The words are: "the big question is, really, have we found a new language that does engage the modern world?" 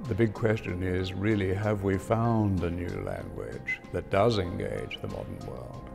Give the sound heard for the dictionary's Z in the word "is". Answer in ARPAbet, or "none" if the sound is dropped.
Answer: Z